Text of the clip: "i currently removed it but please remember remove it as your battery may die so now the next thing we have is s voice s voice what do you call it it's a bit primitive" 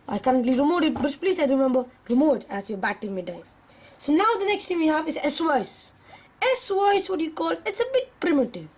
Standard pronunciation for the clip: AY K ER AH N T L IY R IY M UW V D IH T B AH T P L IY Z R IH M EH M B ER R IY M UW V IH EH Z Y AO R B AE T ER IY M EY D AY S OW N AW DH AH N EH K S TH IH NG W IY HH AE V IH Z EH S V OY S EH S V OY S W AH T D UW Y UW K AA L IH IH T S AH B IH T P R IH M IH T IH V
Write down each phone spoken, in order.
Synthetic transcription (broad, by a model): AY K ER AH N T L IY R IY M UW D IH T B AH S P L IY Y R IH M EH M B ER R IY M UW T IH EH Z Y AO B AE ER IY M EY D AY S OW N AW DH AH N EH K S T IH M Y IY HH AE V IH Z EH S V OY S EH S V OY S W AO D Y UW K AA L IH IH T S AH B IH T P R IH M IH T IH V